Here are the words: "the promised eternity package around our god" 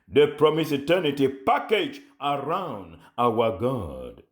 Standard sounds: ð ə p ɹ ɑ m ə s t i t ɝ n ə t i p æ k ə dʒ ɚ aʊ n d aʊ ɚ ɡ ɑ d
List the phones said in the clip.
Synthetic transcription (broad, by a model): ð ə p ɹ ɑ m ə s i t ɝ n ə t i p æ k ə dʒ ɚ aʊ n d aʊ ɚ ɡ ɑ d